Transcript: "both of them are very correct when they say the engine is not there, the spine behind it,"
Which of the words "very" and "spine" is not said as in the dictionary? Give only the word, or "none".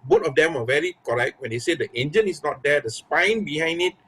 none